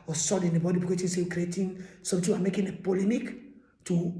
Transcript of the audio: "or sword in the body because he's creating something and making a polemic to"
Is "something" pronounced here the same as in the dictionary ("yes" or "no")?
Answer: no